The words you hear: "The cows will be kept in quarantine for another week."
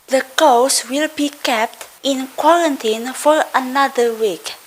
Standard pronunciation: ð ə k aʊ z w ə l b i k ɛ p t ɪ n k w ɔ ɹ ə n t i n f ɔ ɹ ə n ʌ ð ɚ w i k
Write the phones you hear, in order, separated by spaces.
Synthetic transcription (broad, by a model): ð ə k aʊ s w ə l b i k ɛ p t ɪ n k w ɔ ɹ ə n t i n f ɔ ɹ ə n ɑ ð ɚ w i k